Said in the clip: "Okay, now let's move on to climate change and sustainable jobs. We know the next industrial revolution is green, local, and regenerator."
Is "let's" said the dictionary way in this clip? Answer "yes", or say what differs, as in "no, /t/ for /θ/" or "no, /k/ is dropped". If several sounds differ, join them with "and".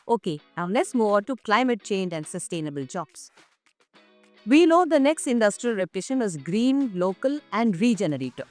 no, /n/ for /l/